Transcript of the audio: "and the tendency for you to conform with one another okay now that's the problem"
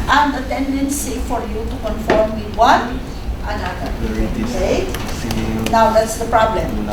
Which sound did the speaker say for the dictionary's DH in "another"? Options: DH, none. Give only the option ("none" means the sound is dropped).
none